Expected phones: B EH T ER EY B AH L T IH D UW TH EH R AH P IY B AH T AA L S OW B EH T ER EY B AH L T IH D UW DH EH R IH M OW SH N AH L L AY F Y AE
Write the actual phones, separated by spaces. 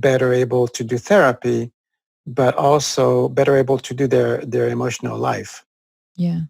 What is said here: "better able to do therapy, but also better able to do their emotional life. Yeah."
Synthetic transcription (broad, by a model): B EH T ER EY B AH L T IH D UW TH EH R AH P IY B AH T AA L S OW B EH T ER EY B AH L T IH D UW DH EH R IH M OW SH N AH L L AY F Y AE